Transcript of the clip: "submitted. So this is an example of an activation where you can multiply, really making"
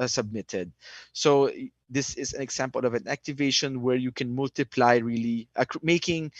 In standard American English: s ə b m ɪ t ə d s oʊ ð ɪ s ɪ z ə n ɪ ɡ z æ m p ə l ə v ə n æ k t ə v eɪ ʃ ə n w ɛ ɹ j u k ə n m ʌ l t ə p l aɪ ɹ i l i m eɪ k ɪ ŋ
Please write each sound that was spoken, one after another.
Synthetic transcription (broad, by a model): s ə b m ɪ t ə d s oʊ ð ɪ s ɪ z ə n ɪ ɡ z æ m p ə l ə v ə n æ k t ə v eɪ ʃ ə n w ɛ ɹ j u k ə n m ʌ l t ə p l aɪ ɹ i l i m eɪ k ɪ ŋ